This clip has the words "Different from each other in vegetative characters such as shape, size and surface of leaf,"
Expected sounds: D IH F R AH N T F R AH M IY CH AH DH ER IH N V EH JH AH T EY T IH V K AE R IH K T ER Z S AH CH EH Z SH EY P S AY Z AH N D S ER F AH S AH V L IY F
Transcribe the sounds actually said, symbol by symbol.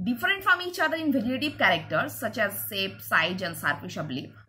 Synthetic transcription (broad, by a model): D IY F R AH N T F R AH M IY CH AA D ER IH N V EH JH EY T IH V K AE R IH K T ER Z S AH CH EH Z S EY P S AY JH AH N S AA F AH SH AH B L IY